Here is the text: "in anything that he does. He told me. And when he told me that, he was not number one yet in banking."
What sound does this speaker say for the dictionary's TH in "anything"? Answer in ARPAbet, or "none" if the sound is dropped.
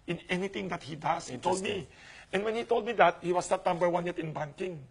T